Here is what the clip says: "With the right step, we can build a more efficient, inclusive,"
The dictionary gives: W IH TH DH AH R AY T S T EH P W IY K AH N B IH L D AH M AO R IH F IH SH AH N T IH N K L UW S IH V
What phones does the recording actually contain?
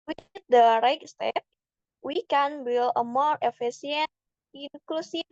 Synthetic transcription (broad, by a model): W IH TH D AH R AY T S T EH P W IY K AH N B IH L AH M AO R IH F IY S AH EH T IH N K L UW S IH